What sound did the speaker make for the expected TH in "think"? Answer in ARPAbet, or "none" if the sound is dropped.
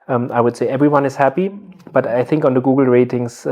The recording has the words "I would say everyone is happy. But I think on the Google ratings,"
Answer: TH